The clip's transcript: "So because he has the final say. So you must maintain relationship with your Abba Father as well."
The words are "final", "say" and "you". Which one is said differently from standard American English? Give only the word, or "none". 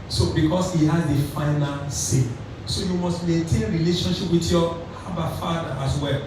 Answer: none